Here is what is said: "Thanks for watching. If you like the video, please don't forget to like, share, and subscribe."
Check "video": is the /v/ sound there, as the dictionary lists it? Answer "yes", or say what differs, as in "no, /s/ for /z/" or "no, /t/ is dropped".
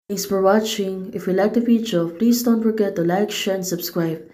no, /f/ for /v/